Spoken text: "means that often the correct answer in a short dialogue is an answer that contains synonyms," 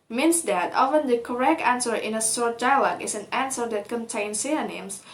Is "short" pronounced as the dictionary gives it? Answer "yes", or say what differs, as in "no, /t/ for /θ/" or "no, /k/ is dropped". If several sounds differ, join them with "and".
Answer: no, /s/ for /ʃ/